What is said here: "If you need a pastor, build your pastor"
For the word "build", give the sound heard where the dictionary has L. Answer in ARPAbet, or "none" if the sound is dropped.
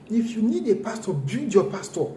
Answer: none